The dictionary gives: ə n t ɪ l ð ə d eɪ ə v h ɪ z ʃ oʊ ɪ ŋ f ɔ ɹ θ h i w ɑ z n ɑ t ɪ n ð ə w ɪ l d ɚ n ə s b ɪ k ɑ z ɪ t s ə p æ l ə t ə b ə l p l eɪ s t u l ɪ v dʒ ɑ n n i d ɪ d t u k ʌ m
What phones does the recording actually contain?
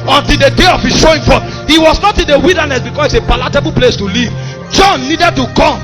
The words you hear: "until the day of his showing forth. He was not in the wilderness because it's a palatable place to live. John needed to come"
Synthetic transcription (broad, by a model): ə n t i l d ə d eɪ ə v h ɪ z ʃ oʊ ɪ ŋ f ɔ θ h i w ɑ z n ɑ t ɪ n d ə w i l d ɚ n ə s b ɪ k ɑ s ɪ t s ə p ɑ l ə t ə b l p l eɪ s t u l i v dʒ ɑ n n i d ɪ d t u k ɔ m